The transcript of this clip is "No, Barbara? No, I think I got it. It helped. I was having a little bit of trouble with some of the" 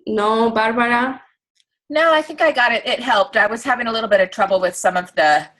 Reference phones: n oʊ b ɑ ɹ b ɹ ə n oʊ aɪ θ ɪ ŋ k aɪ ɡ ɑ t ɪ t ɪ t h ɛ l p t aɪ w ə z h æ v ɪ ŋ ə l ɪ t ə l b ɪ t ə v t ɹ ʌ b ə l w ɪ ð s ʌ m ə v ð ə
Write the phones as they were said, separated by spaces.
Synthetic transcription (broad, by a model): n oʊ b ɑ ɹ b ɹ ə n oʊ aɪ θ ɪ ŋ k aɪ ɡ ɑ t ɪ t ɪ t h ɛ l p t aɪ w ə z h æ v ɪ ŋ ə l ɪ t l b ɪ t ə v t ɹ ʌ b l w ɪ ð s ʌ m ə v ð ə